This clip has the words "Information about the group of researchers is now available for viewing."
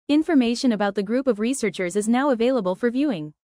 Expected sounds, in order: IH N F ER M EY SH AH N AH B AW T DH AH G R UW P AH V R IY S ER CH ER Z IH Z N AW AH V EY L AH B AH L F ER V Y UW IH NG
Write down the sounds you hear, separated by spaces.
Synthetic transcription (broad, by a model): IH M F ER M EY SH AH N AH B AW T DH AH G R UW P AH V R IY S ER CH ER Z IH Z N AW AH V EY L AH B AH L F ER V Y UW IH NG